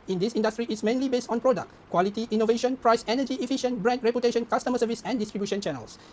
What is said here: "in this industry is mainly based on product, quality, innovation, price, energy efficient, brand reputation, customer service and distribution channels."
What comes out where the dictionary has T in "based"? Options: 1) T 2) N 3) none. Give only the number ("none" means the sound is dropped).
1